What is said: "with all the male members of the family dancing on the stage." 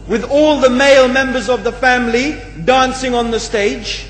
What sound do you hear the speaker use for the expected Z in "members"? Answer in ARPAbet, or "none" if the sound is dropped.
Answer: Z